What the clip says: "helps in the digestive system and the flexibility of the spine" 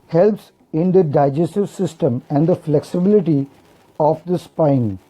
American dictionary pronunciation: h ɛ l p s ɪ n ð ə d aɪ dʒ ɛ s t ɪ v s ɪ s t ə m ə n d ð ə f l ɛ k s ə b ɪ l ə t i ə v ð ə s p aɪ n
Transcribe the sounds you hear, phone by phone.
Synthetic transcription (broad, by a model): h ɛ l p s ɪ n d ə d aɪ dʒ ɛ s t ɪ v s ɪ s t ə m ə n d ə f l ɛ k s ə b ɪ l ə t i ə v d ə s p aɪ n